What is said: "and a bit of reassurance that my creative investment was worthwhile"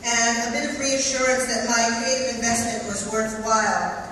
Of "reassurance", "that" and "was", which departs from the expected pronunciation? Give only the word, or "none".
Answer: none